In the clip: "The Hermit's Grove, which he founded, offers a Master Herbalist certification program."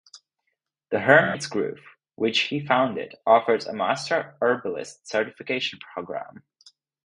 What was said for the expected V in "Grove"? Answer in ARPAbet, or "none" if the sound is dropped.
F